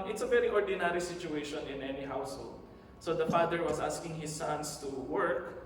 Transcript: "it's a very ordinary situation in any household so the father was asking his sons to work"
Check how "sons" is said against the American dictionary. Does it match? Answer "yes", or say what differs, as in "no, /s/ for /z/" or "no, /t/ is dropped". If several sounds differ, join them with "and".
no, /s/ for /z/